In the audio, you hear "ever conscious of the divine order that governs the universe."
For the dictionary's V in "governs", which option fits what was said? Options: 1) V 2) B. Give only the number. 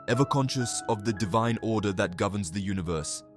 1